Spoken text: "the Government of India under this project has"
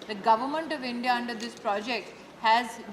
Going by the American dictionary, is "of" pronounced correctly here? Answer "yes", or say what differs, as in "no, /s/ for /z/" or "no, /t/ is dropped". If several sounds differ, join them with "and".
yes